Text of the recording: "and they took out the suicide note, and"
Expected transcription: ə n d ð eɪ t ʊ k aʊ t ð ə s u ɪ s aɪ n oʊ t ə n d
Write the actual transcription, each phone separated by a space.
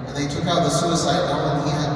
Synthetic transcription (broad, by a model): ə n ð eɪ t ʊ k aʊ t ð ə s u ɪ s aɪ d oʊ ə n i